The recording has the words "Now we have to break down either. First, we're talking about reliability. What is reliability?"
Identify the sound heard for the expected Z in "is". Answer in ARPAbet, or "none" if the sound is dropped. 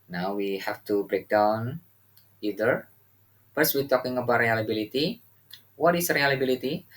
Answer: S